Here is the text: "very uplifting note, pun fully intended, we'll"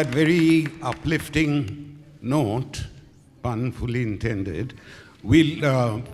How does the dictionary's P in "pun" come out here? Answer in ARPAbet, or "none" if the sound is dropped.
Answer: B